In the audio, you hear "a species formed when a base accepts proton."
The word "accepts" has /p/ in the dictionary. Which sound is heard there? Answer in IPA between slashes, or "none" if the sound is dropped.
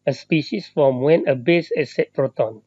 none